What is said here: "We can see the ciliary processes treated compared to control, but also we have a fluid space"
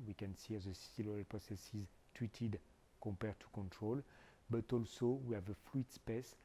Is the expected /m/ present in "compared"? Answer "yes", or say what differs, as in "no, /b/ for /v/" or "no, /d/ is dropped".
no, /m/ is dropped